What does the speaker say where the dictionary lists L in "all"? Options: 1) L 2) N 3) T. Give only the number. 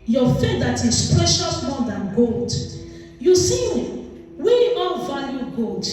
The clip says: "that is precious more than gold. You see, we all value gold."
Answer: 2